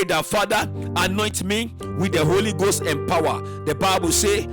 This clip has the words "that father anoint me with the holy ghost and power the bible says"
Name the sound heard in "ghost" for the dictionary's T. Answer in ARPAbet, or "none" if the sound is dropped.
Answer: T